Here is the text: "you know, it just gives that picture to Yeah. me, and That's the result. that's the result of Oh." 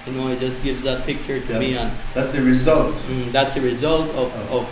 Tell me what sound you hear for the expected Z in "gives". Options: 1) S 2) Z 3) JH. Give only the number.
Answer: 2